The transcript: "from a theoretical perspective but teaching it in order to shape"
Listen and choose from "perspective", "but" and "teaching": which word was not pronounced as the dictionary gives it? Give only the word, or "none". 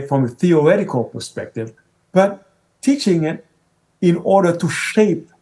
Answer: none